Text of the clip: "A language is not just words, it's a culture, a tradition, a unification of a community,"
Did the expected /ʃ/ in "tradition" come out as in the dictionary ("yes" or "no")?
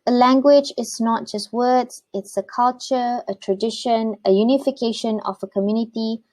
yes